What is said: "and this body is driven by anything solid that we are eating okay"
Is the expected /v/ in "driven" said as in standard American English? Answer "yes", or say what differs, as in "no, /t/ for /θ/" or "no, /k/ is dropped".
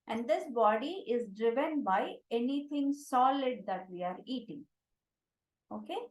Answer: yes